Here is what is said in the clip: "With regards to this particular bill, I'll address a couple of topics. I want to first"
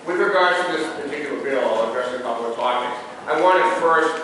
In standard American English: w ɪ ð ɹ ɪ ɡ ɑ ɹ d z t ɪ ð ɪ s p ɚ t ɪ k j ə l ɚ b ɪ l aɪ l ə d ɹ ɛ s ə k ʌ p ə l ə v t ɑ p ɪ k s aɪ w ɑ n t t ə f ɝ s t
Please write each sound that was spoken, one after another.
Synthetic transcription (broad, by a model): w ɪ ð ɹ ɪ ɡ ɑ ɹ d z t ɪ ð ɪ s p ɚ t ɪ k j l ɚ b ɪ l l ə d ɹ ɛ s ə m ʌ ə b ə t ɑ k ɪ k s aɪ w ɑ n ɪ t f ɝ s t